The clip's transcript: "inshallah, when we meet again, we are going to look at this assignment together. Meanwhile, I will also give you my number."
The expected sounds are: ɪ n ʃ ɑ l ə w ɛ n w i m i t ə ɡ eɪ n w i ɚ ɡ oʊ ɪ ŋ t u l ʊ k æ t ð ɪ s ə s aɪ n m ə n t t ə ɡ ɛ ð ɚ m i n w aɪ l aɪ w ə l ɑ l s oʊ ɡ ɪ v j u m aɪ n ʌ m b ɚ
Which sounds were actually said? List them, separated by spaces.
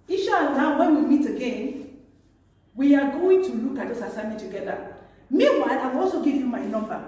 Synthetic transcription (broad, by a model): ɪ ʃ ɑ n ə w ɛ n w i m i t ə ɡ eɪ n w i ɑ ɡ oʊ ɪ ŋ t u l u k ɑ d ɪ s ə s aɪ m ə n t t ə ɡ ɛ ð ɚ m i w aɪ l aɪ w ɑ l s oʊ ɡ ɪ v j u m aɪ n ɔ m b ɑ